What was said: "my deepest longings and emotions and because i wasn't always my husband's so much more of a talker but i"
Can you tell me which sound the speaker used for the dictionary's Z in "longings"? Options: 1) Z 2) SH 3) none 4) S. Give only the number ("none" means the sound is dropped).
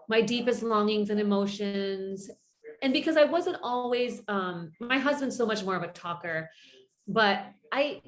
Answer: 1